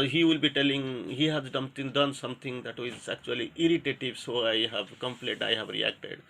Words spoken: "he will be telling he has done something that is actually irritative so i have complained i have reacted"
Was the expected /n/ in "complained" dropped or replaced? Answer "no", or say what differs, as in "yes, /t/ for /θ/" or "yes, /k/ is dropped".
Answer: yes, /n/ is dropped